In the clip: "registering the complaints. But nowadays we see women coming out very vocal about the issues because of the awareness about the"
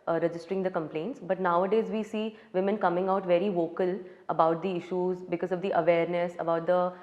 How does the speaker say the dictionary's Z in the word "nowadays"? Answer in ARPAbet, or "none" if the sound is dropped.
Z